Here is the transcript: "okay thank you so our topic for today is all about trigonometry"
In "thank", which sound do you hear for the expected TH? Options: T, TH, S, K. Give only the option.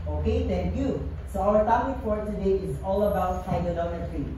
T